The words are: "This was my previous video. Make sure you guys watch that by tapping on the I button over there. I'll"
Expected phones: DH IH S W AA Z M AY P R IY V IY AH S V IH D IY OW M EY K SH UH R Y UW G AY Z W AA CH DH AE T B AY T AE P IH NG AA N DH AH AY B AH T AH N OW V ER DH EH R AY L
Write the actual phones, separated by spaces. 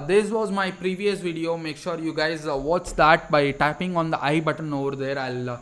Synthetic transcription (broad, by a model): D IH S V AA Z M AY P R IY V IY AH S V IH D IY OW M EY K SH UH R Y UW G AY Z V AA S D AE T B AY T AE P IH NG AA N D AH AY B AH T AH N OW V ER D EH R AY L